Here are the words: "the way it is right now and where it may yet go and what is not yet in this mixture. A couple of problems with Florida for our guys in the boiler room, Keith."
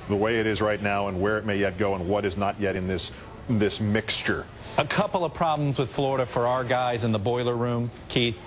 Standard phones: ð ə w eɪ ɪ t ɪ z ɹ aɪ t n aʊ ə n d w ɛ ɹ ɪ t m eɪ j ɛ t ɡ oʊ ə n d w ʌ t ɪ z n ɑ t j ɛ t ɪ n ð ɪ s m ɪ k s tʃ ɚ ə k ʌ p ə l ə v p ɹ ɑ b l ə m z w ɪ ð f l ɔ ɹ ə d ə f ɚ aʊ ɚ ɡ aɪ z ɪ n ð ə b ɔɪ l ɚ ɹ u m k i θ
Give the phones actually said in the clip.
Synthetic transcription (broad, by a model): ð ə w eɪ ɪ t ɪ z ɹ aɪ t n aʊ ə n w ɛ ɹ ɪ t m eɪ j ɛ t ɡ oʊ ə n w ʌ t ɪ z n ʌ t j ɛ t ɪ n ð ɪ s m ɪ k s tʃ ɚ ə k ʌ p l ə v p ɹ ɑ b l ə m z w ɪ ð f l ɔ ɹ ə d ə f ɚ aʊ ɚ ɡ aɪ z ɪ n ð ə b ɔɪ l ɚ ɹ u m k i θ